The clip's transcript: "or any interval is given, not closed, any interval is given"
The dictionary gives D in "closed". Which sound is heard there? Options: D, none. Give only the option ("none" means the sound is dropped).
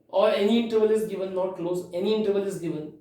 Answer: none